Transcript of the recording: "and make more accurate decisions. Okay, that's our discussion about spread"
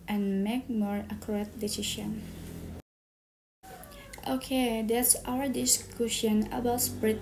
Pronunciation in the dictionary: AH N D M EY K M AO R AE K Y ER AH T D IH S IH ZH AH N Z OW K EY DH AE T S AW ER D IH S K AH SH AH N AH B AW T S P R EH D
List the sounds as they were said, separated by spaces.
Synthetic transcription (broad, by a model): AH N M EY K M AO R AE K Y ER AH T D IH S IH SH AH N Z OW K EY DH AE T S AW ER D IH S K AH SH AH N AH B AW T S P R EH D